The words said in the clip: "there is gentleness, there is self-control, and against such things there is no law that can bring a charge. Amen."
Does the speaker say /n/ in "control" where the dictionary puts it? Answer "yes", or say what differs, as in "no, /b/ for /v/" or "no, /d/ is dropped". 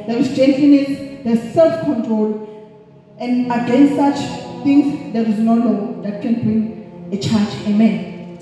yes